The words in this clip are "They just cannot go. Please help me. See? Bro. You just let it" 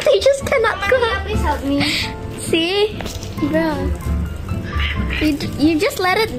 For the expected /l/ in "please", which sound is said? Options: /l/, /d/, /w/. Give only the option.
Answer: /w/